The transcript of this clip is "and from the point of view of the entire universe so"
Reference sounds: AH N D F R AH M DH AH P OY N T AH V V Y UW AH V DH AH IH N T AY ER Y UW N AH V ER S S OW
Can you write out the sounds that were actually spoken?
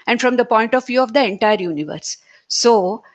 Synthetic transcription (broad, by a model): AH N D F R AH M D AH P OY N T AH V V Y UW AH V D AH IH N T AY ER Y UW N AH V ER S S OW